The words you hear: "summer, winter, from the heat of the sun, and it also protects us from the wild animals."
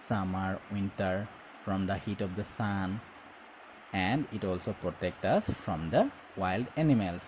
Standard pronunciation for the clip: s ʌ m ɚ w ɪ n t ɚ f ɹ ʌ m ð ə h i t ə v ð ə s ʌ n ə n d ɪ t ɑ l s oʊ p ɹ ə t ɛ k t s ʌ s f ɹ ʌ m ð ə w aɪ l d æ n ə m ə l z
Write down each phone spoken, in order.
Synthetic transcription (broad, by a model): s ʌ m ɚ w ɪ n t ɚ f ɹ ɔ m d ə h i t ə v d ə s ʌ n ə n d ɪ t ɑ l s oʊ p ɹ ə t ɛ k t ʌ s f ɹ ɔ m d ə w aɪ l d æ n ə m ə l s